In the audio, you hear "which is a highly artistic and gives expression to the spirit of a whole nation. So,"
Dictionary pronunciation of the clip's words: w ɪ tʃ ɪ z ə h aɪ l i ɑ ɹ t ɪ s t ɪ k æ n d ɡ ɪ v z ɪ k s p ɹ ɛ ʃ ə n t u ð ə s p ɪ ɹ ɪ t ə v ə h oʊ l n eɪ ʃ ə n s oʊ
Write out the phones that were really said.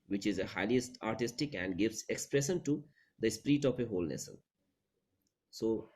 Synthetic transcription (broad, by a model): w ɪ tʃ ɪ z ə h aɪ l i ɑ ɹ t ɪ s t ɪ k æ n d ɡ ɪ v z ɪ k s p ɹ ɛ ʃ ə n t u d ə s p ɹ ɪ t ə p ə h oʊ l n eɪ s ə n s oʊ